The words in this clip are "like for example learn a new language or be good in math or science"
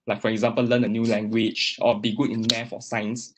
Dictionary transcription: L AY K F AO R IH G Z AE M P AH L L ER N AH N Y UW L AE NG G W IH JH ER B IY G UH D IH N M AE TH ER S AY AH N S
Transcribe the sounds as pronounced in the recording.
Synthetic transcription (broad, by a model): L AY K F AO R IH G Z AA M P AH L L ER N AH N Y UW L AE NG G W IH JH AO B IY G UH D IH N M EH F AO S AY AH N S